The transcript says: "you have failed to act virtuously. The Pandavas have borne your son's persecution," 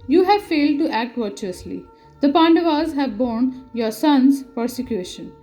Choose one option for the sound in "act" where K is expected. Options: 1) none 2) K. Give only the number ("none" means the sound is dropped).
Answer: 2